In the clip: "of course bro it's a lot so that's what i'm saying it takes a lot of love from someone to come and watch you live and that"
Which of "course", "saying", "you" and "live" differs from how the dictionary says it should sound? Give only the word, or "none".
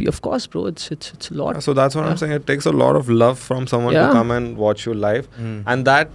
live